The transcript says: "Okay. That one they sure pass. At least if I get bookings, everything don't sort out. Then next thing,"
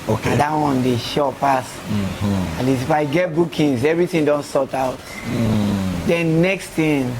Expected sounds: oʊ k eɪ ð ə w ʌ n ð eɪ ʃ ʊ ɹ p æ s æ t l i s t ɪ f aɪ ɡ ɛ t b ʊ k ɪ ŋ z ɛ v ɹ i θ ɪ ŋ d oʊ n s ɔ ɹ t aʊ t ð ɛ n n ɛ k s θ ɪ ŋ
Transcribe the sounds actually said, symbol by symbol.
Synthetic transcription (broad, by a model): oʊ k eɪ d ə w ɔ n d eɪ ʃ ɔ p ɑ s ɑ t l i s ɪ f aɪ ɡ ɛ t b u k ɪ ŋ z ɛ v ɹ i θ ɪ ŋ d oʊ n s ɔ t aʊ t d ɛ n n ɛ k s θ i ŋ